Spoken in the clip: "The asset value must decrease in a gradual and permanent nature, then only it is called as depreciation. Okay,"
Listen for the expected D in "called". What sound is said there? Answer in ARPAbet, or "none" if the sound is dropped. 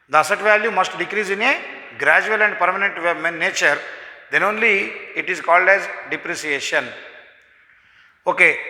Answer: D